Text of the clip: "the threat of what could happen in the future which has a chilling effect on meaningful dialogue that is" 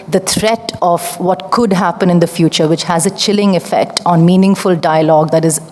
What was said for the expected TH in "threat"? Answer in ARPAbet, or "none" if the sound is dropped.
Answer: T